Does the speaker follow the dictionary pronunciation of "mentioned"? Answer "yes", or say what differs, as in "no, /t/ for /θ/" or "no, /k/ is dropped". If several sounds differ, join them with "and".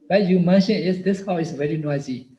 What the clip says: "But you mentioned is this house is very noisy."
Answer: no, /d/ is dropped